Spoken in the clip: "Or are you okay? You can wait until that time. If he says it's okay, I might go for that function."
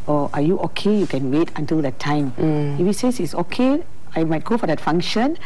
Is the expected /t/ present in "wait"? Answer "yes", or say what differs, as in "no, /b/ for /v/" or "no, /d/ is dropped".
yes